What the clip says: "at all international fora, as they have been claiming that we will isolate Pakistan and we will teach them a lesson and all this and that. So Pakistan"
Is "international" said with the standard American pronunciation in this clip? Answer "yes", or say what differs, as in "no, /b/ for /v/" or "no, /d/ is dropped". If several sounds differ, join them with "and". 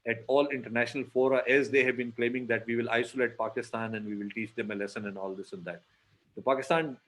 yes